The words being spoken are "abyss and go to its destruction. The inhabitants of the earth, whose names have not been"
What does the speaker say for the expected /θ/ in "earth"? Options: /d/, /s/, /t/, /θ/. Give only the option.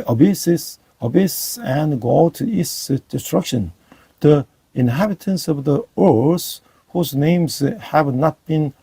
/s/